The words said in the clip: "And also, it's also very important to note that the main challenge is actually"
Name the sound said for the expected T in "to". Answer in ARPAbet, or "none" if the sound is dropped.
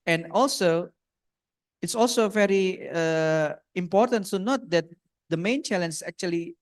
S